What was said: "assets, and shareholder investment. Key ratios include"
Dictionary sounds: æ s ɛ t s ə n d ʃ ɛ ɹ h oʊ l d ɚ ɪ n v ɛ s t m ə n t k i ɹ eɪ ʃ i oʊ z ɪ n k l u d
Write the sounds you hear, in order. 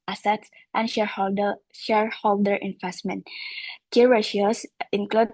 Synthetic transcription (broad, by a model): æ s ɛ t s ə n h ʃ ɛ ɹ h oʊ l d ɚ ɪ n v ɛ s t m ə n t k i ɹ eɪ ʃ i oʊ s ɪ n k l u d